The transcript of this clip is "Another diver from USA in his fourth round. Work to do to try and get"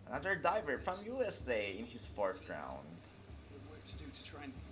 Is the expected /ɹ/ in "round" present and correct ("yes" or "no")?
yes